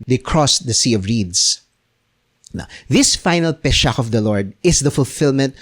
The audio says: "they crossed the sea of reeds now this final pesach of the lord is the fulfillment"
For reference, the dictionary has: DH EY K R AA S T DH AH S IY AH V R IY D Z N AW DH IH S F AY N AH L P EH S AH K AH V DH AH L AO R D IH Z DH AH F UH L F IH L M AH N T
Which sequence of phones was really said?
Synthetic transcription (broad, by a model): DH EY K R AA S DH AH S IY AH V R IY D S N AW DH IH S F AY N AH L P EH SH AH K AH V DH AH L AO R D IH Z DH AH F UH L F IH L M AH N T